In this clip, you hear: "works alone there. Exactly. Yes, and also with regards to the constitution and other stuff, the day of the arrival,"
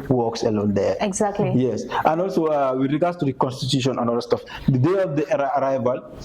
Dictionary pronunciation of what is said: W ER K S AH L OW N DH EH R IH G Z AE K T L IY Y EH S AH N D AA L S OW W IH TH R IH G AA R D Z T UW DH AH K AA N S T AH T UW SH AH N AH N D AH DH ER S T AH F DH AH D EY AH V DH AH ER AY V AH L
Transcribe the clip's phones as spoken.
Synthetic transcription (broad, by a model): W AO K S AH L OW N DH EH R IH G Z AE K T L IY Y EH S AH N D AA L S OW W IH R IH G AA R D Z T UW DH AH K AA N S T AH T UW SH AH N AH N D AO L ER S T AH F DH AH D EY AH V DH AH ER AY V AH L